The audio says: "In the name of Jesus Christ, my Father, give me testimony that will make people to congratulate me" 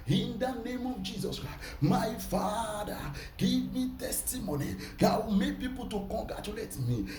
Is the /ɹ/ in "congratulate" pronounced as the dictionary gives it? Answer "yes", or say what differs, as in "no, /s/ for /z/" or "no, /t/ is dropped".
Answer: no, /ɹ/ is dropped